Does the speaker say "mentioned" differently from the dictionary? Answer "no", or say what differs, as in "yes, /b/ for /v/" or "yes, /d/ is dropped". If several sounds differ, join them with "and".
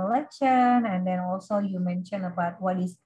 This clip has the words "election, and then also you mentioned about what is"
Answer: yes, /d/ is dropped